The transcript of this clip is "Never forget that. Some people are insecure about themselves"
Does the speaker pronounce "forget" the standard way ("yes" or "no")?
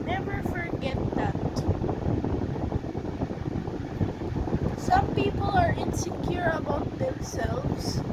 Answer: yes